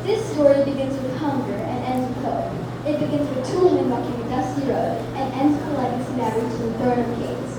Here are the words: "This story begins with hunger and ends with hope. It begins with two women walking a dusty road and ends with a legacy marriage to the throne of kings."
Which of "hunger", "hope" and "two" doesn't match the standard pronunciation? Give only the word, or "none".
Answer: hope